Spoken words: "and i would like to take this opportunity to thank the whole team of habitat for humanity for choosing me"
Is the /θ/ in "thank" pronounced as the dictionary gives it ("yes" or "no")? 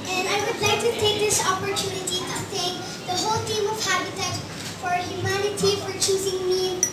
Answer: no